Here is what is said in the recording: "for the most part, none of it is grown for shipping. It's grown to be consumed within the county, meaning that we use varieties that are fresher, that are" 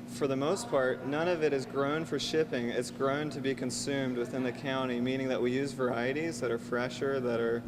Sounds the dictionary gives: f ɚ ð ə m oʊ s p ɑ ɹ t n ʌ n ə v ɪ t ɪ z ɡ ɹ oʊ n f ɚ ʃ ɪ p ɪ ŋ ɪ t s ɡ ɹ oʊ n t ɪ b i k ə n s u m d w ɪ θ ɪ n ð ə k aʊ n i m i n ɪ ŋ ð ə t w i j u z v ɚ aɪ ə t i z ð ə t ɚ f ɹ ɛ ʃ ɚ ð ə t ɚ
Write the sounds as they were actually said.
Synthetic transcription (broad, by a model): f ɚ ð ə m oʊ s p ɑ ɹ t n ʌ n ə v ɪ t ɪ z ɡ ɹ oʊ n f ɚ ʃ ɪ p ɪ ŋ ɪ t s ɡ ɹ oʊ n t ɪ b i k ə n s u m d w ɪ θ ɪ n ð ə k aʊ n i m i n ɪ ŋ ð ə t w i j u z v ɚ aɪ ə t i z ð ə t ɚ f ɹ ɛ ʃ ɚ ð ə t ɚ